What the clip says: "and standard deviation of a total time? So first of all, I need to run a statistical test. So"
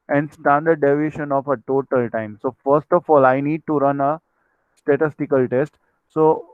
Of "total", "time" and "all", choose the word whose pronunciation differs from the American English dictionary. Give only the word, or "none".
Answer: none